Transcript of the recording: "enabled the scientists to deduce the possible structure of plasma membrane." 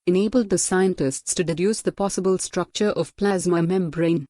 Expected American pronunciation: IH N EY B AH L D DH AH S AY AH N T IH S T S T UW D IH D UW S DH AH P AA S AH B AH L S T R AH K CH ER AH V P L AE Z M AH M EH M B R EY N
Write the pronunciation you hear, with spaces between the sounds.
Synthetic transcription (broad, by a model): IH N EY B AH L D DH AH S AY AH N T IH S T S T UW D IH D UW S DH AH P AA S AH B AH L S T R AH K CH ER AH V P L AE Z M AH M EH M B R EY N